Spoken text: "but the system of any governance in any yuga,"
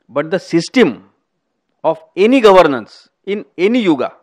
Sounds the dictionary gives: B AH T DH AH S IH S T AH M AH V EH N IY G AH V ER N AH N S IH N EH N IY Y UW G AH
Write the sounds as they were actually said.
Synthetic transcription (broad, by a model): B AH T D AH S IH S T AH M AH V EH N IY G AH V ER N AH N S IH N EH N IY Y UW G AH